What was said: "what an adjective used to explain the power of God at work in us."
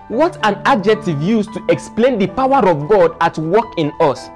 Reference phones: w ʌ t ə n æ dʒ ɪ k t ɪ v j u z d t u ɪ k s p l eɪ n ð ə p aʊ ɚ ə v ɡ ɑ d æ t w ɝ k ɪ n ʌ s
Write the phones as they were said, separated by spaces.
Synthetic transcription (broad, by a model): w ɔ t ə n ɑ dʒ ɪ k t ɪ v j u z t u ɪ k s p l eɪ n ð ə p aʊ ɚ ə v ɡ ɑ d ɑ t w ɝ k ɪ n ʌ s